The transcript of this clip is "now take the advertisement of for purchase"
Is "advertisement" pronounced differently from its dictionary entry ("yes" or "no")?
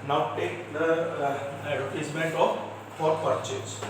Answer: yes